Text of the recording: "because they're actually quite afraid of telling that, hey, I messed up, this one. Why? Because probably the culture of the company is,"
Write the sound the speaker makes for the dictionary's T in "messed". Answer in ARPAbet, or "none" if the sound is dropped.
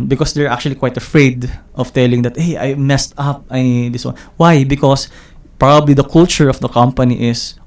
T